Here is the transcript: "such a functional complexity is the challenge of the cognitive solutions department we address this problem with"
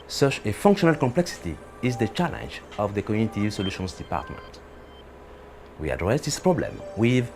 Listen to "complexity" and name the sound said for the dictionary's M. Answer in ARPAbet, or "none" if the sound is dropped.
M